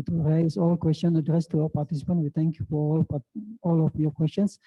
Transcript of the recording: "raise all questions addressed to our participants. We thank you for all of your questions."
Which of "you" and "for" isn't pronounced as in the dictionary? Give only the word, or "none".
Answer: for